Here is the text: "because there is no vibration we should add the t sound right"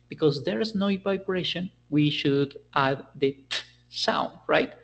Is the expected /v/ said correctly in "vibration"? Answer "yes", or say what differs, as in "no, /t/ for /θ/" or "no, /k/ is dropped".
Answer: no, /p/ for /v/